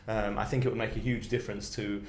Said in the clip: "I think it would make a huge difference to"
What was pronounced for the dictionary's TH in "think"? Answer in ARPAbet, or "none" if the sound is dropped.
TH